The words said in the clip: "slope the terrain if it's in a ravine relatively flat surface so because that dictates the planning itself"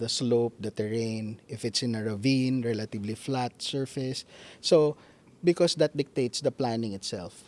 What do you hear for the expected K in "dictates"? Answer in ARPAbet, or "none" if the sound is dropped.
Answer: K